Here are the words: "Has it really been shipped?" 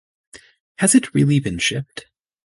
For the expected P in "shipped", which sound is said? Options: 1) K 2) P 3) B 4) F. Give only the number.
2